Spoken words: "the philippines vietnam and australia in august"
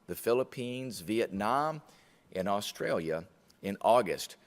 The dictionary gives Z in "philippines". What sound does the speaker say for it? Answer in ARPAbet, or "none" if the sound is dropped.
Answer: Z